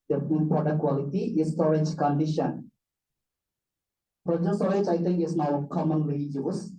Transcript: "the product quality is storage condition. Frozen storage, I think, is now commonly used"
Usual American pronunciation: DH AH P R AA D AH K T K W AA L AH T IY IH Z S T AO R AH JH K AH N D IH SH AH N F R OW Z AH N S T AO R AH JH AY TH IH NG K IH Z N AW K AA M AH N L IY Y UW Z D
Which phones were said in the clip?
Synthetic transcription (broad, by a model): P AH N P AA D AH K K W AA L AH T IY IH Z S T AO R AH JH K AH N D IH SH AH N P R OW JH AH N S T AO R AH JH AY T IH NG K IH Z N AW K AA M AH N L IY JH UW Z